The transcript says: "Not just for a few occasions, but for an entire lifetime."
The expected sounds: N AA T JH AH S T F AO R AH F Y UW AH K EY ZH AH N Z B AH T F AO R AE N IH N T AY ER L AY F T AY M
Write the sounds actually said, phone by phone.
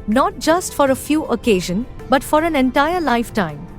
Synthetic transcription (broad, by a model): N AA T JH AH S T F AO R AH F Y UW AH K EY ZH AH N B AH T F AO R AE N IH N T AY ER L AY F T AY M